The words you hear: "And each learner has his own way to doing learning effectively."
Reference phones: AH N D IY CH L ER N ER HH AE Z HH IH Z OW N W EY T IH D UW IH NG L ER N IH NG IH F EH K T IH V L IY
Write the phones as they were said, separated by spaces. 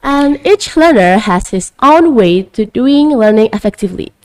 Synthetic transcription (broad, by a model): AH N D IY CH L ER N ER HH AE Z HH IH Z OW N W EY T IH D UW IH NG L ER N IH NG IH F EH K T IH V L IY